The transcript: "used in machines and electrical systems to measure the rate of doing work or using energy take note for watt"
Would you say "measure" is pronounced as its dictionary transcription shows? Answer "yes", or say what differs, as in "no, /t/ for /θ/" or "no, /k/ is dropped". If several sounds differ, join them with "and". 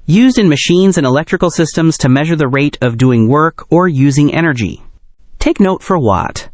yes